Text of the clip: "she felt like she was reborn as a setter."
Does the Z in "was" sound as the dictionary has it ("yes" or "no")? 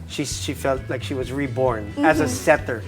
yes